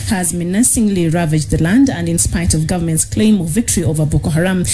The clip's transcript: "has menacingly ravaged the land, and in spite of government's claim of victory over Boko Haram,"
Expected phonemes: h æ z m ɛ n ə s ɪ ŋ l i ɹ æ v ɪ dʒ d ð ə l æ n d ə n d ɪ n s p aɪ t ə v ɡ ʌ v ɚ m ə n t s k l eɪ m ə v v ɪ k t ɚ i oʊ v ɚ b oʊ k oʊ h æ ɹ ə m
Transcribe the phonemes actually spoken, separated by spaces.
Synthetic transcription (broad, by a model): h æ z m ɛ n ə s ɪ ŋ l i ɹ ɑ v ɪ dʒ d ð ə l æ n d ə n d ɪ n s p aɪ t ə v ɡ ʌ v ɚ m ə n t s k l eɪ m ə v v ɪ k t ɚ i oʊ v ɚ b oʊ k oʊ h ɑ ɹ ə m